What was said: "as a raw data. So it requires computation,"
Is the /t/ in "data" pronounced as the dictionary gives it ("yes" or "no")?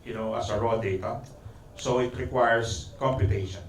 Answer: yes